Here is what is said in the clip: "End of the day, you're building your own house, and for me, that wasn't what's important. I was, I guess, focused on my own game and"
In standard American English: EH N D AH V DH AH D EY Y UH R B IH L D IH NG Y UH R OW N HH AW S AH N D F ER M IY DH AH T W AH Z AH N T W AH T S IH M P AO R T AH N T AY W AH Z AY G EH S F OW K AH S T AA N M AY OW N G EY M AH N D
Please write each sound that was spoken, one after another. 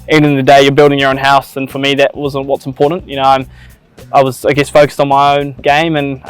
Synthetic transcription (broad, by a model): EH N D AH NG DH AH D EY Y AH R B IH L D IH NG Y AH R OW N HH AW S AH N F ER M IY DH AH T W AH Z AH N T W AH T S M P AO R T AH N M AY W AH Z AY G EH S F OW K AH S T N M AY OW N G EY M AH N